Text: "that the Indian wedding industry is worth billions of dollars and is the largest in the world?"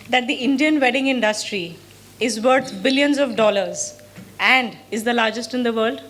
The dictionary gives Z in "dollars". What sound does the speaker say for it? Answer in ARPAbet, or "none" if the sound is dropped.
Z